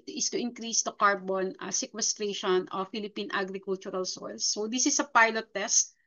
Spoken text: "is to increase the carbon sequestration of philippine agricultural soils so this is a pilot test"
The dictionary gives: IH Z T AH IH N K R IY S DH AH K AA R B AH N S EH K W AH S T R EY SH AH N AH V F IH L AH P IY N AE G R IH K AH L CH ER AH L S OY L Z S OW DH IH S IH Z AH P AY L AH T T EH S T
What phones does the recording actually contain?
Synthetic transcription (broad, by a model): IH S T AH IH N K R IY S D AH K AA R B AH N S EH K W AH S T R EY SH AH N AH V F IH L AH P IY N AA G R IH K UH L CH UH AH L S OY L S OW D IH S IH S AH P AY L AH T T EH S T